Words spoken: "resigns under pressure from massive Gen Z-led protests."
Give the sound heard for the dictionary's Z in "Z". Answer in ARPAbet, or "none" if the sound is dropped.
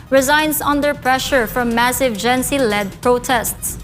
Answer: S